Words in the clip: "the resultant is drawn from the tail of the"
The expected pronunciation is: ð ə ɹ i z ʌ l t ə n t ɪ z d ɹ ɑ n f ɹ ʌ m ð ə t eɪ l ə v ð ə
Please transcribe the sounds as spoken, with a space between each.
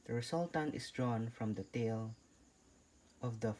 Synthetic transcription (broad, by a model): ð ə ɹ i s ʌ l t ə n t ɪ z d ɹ ɑ n f ɹ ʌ m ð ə t eɪ l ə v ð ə